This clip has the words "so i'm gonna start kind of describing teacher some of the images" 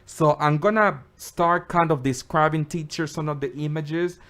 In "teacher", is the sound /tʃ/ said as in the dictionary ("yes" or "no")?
yes